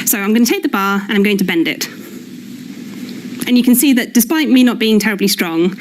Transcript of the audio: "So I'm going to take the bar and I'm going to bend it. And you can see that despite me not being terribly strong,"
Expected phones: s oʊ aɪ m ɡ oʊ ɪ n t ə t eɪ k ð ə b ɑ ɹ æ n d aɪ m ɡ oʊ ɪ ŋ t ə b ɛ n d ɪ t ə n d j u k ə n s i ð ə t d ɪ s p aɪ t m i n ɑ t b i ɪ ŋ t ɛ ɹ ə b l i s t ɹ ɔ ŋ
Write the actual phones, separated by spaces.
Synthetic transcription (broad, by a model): s oʊ aɪ m ɡ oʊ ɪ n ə t eɪ k ð ə b ɑ ɹ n aɪ m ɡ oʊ ɪ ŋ t ə b ɛ n d ɪ t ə n j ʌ k ə n s i ð ə t d ɪ s p aɪ t m i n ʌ t b i ɪ ŋ t ɛ ɹ ə b l i s t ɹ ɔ ŋ